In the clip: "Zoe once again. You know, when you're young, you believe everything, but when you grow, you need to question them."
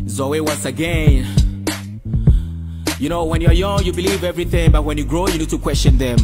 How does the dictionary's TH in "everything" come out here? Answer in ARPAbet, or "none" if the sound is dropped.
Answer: TH